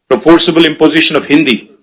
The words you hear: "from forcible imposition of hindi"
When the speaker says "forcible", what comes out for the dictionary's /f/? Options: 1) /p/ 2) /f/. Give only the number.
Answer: 2